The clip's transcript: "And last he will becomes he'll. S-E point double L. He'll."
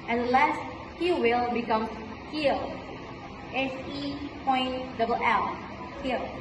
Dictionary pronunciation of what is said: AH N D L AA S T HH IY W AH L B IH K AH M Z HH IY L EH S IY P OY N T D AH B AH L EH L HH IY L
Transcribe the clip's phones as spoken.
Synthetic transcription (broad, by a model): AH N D L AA S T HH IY W AH L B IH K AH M HH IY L EH S IY P OY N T D AH B AH L EH L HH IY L